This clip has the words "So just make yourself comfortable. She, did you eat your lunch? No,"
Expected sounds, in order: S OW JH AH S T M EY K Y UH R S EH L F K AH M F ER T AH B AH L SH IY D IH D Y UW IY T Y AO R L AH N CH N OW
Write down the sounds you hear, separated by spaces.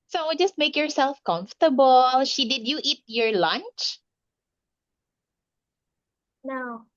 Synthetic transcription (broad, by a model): S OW JH AH S T M EY K Y UH R S EH L F K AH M F T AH B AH L SH IY D IH D Y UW IY T Y AO R L AH N CH N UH